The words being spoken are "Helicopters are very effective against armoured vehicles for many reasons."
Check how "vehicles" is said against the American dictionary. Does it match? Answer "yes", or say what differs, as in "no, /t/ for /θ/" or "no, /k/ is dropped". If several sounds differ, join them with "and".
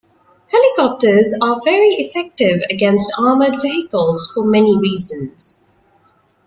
yes